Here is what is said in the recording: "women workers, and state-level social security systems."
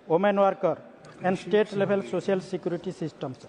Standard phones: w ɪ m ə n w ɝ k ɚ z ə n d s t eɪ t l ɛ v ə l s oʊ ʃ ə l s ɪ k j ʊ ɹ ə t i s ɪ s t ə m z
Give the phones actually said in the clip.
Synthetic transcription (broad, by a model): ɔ m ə n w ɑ k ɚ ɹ ə n d s t eɪ t l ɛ b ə l s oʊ s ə l s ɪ k j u ɹ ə t i s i s t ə m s